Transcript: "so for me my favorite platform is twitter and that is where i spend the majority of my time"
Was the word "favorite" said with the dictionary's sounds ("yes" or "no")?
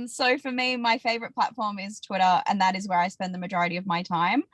yes